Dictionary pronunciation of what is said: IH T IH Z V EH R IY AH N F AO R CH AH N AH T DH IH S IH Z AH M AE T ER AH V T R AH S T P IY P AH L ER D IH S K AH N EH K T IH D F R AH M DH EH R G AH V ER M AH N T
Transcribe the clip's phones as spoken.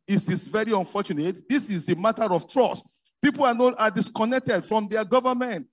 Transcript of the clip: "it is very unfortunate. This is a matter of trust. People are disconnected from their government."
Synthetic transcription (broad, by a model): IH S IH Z V EH R IY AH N F AO CH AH N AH T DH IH S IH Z AH M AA T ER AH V T R AH S T P IY P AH N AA D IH S K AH N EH K T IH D F R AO M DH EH G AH V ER M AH N T